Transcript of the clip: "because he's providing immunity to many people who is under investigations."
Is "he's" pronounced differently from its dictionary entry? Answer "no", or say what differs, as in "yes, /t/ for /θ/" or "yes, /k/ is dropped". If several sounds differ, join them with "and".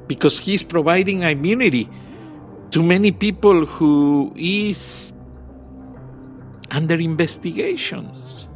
yes, /s/ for /z/